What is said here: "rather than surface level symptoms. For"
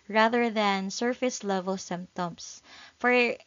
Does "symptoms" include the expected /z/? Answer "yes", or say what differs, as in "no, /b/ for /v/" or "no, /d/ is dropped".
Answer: no, /s/ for /z/